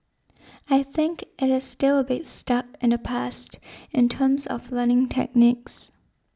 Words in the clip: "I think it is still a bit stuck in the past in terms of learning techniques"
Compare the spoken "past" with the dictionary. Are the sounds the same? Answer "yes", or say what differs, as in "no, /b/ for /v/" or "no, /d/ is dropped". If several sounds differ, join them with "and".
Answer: yes